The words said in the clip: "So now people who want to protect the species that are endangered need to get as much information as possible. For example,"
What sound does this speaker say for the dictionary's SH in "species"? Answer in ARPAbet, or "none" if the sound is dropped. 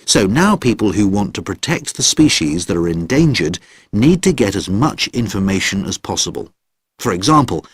SH